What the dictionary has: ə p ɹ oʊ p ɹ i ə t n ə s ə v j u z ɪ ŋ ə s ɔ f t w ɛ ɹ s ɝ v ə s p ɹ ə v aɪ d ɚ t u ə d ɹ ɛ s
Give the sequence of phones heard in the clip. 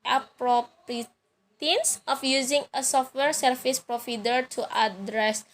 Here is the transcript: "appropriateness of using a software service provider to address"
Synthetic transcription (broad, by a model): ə p ɹ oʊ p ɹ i t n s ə f j u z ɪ ŋ ə s ɔ f t w ɛ ɹ s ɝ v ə s p ɹ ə f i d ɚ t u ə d ɹ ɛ s